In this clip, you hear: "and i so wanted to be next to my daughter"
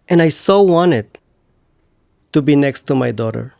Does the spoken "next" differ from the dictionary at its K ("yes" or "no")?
no